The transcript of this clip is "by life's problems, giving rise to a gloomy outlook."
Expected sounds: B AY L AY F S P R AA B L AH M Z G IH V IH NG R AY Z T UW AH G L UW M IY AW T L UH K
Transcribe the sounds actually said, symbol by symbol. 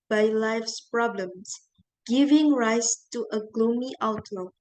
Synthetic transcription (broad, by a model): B AY L AY F S P R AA B L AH M S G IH V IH NG R AY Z T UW AH G L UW M IY AW T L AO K